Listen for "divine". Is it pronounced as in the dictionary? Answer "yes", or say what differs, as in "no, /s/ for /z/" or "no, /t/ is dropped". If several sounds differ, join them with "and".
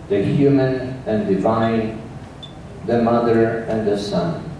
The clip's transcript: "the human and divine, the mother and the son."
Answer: yes